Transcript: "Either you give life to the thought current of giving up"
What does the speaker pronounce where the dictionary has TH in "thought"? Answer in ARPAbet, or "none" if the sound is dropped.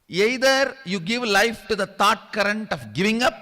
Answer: T